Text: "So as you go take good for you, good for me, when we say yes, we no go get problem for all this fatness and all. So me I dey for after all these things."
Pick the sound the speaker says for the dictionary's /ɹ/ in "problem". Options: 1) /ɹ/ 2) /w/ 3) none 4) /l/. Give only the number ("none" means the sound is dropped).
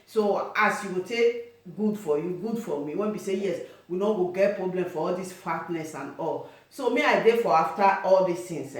1